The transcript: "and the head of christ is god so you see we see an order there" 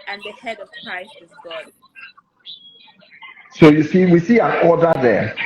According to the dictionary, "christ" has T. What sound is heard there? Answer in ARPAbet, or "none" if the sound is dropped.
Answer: T